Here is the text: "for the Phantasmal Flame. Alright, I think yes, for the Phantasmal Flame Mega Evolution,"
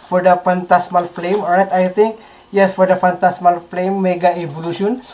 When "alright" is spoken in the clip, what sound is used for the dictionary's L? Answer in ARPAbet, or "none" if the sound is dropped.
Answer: none